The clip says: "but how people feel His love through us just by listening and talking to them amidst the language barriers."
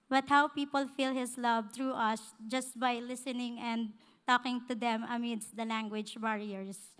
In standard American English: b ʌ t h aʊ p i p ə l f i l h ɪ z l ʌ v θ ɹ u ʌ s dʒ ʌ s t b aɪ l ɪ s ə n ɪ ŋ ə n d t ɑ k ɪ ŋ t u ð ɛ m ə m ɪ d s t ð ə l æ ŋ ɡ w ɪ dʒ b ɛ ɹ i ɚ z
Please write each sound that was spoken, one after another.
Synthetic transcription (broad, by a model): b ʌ t h aʊ p i p ə l f i l h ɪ s l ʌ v t ɹ u ʌ s dʒ ʌ s t b aɪ l ɪ s ə n ɪ ŋ ə n d t ɑ k ɪ ŋ t u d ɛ m ə m ɪ d s t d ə l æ ŋ ɡ w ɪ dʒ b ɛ ɹ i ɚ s